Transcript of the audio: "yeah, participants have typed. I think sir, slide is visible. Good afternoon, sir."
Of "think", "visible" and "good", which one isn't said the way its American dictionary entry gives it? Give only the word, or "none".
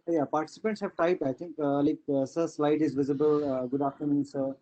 think